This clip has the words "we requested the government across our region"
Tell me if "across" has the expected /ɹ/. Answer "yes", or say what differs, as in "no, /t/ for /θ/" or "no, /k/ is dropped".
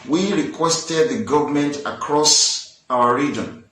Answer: yes